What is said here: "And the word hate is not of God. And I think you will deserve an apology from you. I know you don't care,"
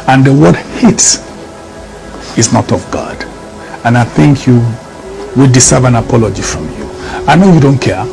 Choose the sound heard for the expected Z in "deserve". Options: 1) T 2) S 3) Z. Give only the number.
2